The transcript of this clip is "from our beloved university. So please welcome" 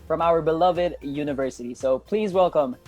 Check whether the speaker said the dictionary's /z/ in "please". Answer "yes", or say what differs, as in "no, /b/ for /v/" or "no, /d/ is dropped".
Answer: yes